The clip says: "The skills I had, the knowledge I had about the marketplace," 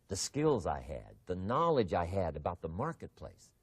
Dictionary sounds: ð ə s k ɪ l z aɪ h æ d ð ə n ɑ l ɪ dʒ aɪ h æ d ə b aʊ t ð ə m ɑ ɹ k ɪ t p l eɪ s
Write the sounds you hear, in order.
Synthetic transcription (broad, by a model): ð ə s k ɪ l z aɪ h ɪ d ð ə n ɑ l ɪ dʒ aɪ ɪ d ə b aʊ t ð ə m ɑ ɹ k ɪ t p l eɪ s